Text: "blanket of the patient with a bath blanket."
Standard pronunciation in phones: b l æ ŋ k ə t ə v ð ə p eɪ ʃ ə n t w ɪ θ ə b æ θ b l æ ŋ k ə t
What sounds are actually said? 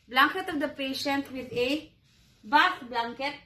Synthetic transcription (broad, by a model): b l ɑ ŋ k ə t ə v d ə p eɪ ʃ ə n t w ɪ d ə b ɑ s b l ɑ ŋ k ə t